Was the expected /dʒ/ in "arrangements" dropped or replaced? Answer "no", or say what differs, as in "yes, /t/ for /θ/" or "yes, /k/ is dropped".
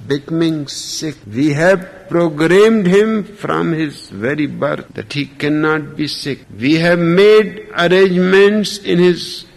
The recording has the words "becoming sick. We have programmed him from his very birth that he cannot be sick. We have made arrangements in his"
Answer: no